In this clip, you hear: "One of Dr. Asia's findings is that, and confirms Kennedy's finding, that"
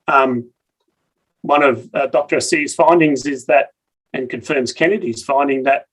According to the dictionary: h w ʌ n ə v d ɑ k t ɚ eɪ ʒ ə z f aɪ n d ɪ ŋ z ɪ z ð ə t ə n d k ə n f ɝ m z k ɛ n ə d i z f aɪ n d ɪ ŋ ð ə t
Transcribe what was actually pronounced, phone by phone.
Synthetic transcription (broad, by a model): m w ʌ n ə v d ɑ k t ɚ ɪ s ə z f aɪ n d ɪ ŋ z ɪ z ð ə t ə n k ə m f ɝ m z k ɛ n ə d i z f aɪ n d ɪ ŋ ð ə t